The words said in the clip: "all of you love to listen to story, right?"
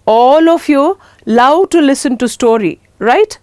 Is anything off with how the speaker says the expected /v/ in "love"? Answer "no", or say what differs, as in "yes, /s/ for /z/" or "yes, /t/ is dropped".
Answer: yes, /w/ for /v/